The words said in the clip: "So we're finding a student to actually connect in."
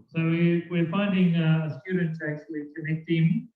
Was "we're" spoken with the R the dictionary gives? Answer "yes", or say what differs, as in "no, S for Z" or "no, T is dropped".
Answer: no, W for R